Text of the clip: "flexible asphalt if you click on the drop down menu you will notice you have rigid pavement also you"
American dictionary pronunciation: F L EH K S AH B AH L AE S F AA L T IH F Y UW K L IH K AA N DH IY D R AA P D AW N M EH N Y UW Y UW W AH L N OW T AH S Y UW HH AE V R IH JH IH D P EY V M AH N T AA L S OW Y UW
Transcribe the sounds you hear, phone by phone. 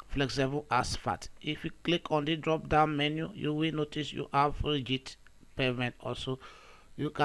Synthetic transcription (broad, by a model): F L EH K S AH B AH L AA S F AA T IH F Y UW K L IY K AA N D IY D R AA P D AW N M EH N Y UW Y UW W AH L N OW T AH S Y UW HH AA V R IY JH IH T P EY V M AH N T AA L S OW Y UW